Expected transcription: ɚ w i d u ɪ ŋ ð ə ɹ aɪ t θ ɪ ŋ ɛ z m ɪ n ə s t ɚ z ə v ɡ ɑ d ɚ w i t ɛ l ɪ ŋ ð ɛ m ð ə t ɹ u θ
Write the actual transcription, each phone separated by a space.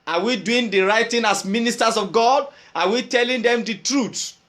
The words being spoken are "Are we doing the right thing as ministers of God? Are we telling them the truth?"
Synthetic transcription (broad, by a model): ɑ w i d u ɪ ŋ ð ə ɹ aɪ t t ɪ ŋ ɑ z m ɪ n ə s t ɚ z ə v ɡ ɑ d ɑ w i t ɛ l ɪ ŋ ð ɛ m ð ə t ɹ u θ